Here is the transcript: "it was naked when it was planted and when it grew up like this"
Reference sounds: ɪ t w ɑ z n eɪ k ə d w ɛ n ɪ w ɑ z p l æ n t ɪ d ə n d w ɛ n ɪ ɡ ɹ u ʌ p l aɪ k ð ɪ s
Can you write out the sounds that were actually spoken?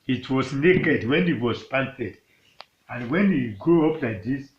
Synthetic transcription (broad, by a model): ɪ t w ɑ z n eɪ k ə d w ɛ n ɪ w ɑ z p ɑ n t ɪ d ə n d w ɛ n ɪ ɡ ɹ u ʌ p l aɪ k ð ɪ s